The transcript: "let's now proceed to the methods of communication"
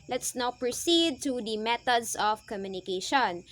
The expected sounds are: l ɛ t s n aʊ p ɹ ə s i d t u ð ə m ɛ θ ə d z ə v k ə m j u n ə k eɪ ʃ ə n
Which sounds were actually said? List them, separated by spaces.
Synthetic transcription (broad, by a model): l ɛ t s n aʊ p ɹ ə s i d t u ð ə m ɛ t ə d s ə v k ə m j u n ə k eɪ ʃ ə n